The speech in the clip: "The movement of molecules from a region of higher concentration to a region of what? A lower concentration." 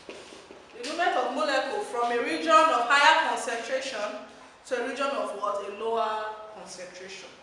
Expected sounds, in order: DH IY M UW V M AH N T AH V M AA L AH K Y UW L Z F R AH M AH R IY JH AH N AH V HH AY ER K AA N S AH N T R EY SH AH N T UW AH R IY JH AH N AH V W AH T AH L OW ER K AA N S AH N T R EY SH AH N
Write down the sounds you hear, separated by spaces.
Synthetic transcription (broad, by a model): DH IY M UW M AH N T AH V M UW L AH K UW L F R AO M AH R IY JH AH N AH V HH AY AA K AA N S AH N T R EY SH AH N T UW AH R IY JH AH N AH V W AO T AH L OW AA K AA N S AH N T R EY SH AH N